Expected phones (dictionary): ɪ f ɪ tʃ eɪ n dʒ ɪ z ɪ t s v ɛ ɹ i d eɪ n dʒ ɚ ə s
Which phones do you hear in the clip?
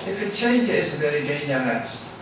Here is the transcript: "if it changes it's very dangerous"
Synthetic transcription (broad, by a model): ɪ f ɪ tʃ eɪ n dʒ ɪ ɪ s v ɛ ɹ i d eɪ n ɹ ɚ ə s